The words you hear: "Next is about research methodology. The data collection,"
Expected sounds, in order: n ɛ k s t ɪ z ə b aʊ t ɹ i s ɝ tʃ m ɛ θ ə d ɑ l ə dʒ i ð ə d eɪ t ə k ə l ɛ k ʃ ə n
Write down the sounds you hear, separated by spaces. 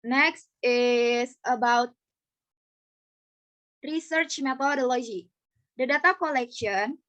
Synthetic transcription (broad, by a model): n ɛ k s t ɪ s ə b aʊ t ɹ i s ɝ tʃ m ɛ t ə d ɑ l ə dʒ i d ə d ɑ t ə k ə l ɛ k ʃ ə n